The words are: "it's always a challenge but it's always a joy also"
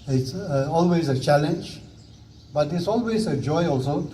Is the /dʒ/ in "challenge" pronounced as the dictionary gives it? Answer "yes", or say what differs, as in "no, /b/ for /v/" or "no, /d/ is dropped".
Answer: yes